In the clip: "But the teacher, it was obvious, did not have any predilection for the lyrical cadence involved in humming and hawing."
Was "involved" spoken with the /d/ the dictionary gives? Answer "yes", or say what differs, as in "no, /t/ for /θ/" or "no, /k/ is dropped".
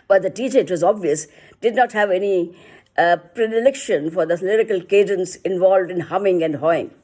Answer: yes